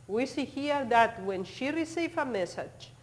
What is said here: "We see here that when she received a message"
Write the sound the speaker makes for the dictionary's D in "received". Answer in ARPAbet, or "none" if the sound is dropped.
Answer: none